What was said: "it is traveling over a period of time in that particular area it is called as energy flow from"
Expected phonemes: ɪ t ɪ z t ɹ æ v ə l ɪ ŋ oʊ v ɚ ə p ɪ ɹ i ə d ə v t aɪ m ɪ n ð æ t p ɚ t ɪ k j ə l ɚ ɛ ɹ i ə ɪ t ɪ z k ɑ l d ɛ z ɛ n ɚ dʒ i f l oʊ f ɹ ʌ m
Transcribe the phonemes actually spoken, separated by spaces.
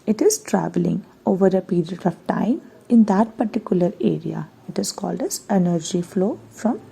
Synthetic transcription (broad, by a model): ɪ t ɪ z t ɹ æ v ə l ɪ ŋ oʊ v ɚ ə p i ɹ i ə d ə v t aɪ m ɪ n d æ t p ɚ t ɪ k j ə l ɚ ɛ ɹ i ə ɪ t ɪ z k ɑ l d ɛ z ɛ n ɚ dʒ i f l oʊ f ɹ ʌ m